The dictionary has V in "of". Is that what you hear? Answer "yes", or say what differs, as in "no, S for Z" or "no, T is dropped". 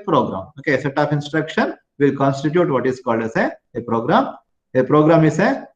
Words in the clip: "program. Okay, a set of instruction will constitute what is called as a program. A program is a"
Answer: no, P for V